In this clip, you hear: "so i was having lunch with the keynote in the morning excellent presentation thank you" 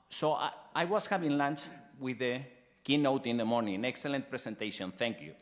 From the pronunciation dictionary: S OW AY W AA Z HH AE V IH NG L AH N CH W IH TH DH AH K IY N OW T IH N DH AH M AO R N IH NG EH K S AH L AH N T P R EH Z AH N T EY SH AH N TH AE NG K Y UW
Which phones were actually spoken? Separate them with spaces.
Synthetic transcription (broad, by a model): S OW AY W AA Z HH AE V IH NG L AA N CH W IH DH AH K IY N OW T IH N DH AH M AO R N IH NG EH K S AH L AH N T P R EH S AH N T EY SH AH N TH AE NG K Y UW